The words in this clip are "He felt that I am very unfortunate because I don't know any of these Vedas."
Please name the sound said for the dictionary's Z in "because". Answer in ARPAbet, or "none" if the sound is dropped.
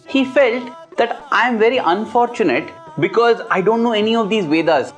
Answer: Z